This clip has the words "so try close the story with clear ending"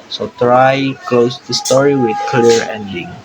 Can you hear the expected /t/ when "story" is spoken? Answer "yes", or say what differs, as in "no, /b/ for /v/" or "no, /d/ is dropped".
yes